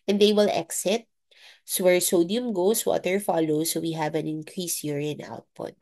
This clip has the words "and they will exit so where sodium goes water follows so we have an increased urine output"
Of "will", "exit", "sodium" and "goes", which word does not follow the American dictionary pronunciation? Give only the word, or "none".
goes